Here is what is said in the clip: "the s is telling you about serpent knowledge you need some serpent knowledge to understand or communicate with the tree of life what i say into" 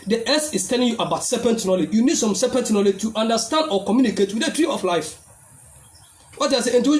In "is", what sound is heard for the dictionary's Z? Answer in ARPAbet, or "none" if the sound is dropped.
S